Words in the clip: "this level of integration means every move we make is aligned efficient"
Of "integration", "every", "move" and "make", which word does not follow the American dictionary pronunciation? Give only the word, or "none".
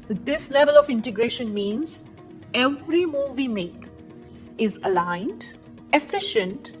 none